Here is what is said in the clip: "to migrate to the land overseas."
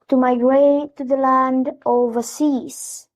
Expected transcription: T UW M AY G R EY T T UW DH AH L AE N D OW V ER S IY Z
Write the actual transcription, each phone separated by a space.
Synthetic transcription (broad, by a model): T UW M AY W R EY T T UW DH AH L AE N D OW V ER S IY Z